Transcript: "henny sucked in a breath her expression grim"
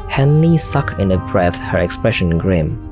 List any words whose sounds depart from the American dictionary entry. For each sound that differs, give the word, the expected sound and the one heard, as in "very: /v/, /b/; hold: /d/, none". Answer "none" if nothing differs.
sucked: /t/, none